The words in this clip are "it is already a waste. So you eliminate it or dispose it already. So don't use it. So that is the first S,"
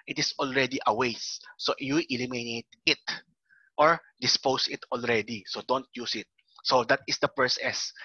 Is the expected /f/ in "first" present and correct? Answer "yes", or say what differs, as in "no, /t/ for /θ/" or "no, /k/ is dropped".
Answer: no, /p/ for /f/